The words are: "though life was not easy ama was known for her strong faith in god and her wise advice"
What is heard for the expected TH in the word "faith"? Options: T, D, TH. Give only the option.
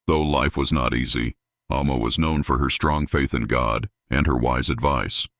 TH